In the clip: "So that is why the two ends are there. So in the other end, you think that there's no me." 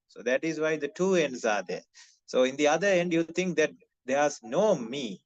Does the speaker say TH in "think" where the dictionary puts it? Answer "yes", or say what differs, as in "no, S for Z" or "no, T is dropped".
no, T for TH